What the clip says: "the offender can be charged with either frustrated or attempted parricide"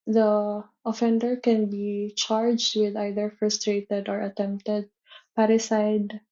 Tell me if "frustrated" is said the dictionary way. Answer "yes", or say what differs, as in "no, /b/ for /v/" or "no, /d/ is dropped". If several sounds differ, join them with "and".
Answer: yes